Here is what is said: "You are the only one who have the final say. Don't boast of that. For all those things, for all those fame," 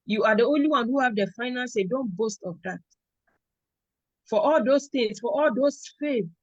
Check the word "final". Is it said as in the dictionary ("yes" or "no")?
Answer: no